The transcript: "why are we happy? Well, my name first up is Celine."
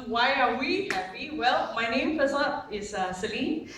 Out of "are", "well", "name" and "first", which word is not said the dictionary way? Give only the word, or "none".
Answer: first